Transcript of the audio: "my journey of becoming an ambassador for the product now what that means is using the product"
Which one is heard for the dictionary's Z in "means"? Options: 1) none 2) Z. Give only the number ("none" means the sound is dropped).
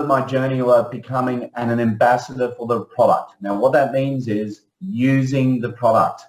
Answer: 2